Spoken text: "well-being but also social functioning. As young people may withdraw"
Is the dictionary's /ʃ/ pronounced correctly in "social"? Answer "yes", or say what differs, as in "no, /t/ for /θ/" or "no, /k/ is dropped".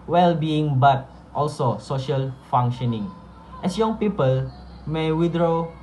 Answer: yes